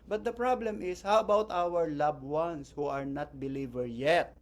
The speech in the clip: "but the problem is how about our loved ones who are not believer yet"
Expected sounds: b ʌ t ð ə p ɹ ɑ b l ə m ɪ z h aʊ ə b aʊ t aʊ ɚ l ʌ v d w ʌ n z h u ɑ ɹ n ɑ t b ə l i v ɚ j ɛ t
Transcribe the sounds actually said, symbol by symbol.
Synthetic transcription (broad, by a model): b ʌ t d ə p ɹ ɑ b l ə m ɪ s h aʊ ə b aʊ t aʊ ɚ l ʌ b w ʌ n s h u ɑ ɹ n ɑ t b ə l i v ɚ j ɛ t